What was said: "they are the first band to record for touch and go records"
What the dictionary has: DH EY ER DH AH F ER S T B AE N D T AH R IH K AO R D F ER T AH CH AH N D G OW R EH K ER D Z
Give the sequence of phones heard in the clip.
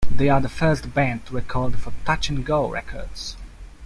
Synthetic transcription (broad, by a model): DH EY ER DH AH F ER S T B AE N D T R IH K AO L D F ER T AH CH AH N G OW R EH K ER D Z